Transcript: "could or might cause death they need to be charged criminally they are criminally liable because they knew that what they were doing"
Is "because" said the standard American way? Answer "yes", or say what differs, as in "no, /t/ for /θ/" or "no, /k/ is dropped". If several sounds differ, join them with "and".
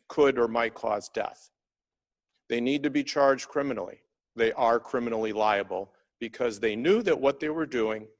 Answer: yes